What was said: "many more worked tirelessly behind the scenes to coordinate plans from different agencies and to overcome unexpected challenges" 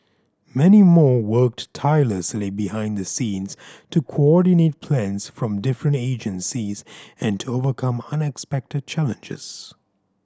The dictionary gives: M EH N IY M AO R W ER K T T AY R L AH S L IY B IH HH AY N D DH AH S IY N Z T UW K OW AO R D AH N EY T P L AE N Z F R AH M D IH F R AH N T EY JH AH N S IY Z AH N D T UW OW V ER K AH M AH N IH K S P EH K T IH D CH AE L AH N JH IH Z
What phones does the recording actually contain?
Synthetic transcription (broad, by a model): M EH N IY M AO R W ER K T T AY L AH S L IY B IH HH AY N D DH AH S IY N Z T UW K OW AO R D AH N EY T P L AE N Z F R AH M D IH F R AH N T EY JH AH N S IY Z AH N T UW OW V ER K AH M AH N IH K S P EH K T IH D CH AE L AH N JH IH Z